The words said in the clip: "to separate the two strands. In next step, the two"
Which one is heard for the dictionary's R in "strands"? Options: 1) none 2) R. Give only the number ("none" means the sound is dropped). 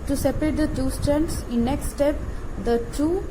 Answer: 1